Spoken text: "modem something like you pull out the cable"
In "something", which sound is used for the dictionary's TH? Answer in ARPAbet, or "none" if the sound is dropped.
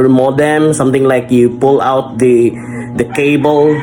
T